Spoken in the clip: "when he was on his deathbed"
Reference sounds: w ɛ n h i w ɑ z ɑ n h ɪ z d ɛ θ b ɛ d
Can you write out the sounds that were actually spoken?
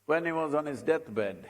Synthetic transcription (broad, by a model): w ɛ n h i w ɑ z ɑ n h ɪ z d ɛ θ b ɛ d